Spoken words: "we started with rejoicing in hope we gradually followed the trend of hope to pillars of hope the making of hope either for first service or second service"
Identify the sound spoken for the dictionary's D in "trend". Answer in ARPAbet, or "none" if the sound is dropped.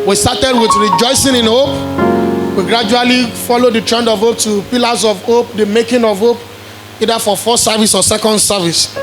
D